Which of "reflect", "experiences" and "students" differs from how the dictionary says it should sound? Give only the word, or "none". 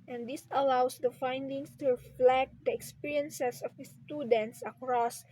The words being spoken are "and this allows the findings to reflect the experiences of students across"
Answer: experiences